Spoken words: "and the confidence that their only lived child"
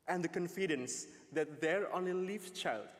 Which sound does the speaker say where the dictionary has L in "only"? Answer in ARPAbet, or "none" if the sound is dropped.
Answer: none